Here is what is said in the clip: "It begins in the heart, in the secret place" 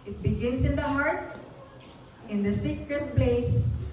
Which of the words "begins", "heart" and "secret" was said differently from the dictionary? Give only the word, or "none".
begins